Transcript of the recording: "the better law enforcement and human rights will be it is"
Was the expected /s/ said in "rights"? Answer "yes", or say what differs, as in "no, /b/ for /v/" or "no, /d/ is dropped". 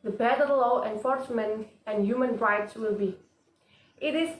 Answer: yes